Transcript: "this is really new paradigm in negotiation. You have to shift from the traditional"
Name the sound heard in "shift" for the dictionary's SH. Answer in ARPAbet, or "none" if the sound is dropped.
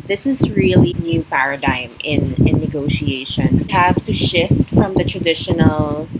SH